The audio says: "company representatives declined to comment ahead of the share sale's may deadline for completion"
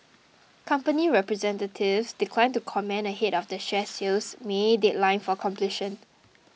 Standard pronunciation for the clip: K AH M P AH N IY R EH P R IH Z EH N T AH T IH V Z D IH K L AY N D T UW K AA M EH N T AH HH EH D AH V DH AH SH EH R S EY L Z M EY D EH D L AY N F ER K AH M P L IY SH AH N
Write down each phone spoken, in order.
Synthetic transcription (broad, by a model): K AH M P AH N IY R EH P R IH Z EH N T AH T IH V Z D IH K L AY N T UW K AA M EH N AH HH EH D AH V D AH SH EH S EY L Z M EY D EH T L AY N F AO K AH M P L IY SH AH N